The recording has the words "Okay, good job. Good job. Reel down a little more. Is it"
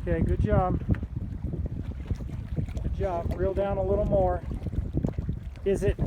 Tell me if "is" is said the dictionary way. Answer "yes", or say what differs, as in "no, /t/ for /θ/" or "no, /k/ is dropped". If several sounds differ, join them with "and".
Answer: yes